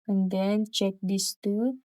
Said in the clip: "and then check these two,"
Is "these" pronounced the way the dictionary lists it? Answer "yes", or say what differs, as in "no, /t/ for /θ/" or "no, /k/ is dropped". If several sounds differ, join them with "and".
no, /s/ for /z/